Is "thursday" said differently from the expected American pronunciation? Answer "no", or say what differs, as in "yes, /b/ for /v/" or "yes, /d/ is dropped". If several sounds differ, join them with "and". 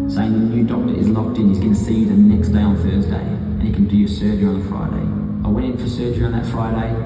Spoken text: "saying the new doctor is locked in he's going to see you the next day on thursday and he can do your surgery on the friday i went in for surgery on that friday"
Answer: no